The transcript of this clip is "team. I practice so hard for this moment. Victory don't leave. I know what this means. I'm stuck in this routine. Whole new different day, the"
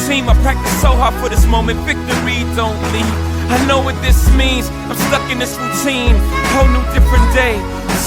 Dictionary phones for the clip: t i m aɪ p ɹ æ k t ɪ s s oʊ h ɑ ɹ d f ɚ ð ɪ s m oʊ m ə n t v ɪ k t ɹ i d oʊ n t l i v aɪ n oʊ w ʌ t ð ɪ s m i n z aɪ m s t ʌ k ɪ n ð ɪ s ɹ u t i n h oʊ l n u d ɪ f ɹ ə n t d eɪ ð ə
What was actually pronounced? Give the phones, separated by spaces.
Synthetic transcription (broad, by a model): t i m aɪ p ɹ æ k t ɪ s s oʊ h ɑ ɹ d f ɚ ð ɪ s m oʊ m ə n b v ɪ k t ɹ i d oʊ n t l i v aɪ n oʊ w ʌ t ð ɪ s m i n z aɪ m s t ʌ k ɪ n ð ɪ s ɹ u t i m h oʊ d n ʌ d ɪ f ɹ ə n d eɪ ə